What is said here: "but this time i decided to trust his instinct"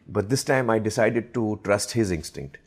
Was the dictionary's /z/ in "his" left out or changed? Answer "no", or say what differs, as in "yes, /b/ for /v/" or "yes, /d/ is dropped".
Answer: no